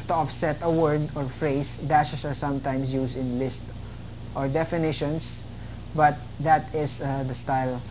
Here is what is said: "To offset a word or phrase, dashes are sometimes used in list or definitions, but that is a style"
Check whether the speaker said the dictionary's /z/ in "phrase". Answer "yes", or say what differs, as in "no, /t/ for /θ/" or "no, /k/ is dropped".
no, /s/ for /z/